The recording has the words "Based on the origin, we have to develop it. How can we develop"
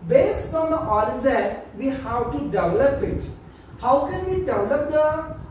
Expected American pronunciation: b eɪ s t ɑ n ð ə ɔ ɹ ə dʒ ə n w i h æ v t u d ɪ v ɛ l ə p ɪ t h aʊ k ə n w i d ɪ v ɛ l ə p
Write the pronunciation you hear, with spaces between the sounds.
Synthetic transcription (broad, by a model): b eɪ s t ɑ n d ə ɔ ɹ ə z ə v i h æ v t u d ɪ v ɛ l ə p ɪ t h aʊ k ə n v i d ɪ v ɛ l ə p